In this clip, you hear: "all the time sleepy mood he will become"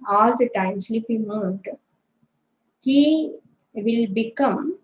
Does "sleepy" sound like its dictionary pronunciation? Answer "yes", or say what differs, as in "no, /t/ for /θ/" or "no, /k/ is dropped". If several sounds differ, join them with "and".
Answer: no, /l/ is dropped and /f/ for /p/